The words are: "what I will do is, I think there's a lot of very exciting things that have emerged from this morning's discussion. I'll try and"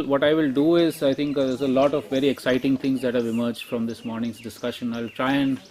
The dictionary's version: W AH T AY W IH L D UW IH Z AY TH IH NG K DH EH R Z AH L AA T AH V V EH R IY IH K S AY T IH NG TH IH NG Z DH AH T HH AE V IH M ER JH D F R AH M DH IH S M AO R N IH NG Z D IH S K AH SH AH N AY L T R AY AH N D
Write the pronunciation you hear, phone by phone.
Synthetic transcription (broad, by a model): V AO T AY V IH L D UW IH Z AY T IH NG K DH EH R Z AH L AA T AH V V EH R IY IH K S AY T IH NG T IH NG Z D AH T HH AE V IH M ER JH D F R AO M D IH S M AO R N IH NG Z D IH S K AH SH AH N AY L T R AY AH N D